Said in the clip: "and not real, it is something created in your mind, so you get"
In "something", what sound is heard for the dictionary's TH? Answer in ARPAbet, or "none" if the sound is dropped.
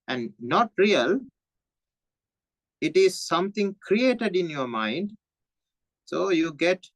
T